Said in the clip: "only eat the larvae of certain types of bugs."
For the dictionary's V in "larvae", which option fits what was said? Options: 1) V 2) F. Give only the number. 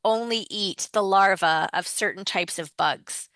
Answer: 1